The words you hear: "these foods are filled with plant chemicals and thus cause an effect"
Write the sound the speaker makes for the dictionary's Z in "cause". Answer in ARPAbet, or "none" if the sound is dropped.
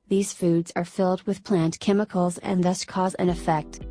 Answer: Z